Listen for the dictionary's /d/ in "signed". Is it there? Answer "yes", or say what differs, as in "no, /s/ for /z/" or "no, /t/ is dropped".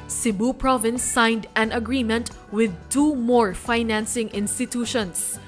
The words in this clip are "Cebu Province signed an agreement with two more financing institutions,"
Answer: yes